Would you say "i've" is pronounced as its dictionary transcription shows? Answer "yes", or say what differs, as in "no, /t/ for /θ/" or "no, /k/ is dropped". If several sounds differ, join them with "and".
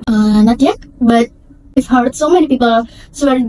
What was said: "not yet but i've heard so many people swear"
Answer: no, /f/ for /v/